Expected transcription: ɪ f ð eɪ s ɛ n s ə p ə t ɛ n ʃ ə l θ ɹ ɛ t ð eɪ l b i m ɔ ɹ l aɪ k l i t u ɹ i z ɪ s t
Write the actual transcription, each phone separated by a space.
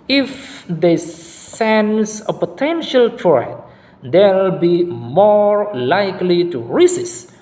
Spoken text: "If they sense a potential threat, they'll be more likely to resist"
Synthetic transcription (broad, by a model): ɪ f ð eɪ s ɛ n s ə p ə t ɛ n ʃ ə l t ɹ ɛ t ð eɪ l b i m ɔ ɹ l aɪ k l i t u ɹ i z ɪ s